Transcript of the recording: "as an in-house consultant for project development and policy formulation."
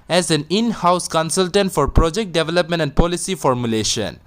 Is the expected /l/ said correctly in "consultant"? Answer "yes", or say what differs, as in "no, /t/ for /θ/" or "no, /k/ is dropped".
yes